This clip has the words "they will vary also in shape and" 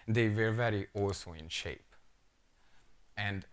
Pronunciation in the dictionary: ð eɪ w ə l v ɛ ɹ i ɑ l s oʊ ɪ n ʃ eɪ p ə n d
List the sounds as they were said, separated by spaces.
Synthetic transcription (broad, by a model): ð eɪ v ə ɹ v ɛ ɹ i ɑ l s oʊ ɪ n ʃ eɪ p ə n d